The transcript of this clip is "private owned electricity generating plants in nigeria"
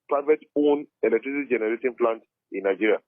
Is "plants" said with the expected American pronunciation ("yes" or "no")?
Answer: no